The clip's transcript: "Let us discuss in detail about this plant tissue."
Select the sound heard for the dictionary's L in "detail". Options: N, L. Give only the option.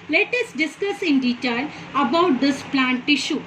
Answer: L